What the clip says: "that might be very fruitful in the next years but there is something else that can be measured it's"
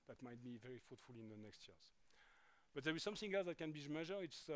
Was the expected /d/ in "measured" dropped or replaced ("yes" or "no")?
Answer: yes